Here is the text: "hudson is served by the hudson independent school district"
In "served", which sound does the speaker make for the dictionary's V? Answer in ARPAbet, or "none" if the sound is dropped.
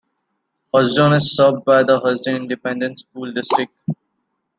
B